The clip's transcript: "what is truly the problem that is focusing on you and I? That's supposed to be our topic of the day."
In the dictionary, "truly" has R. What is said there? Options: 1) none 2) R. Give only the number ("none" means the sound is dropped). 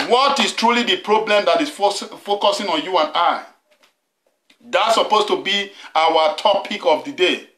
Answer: 2